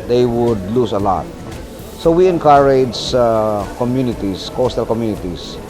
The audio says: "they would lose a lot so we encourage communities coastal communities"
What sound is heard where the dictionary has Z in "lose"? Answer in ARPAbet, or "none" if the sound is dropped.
S